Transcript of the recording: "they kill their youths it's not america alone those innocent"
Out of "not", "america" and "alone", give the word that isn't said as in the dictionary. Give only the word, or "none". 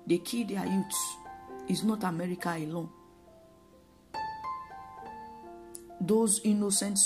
none